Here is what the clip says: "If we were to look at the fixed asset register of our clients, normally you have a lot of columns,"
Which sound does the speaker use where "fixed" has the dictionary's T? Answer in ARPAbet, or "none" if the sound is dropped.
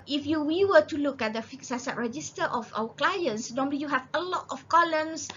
none